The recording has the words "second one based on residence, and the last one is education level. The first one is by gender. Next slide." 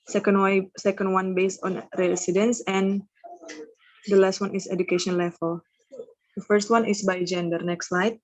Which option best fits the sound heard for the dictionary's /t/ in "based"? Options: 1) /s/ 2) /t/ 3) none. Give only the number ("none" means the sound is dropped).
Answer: 2